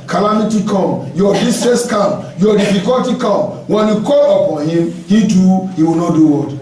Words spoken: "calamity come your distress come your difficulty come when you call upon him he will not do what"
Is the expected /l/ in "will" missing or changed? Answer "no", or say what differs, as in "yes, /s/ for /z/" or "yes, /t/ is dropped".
yes, /w/ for /l/